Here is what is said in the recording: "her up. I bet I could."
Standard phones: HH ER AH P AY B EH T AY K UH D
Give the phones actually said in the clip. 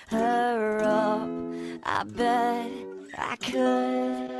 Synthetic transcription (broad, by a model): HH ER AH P AY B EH AY K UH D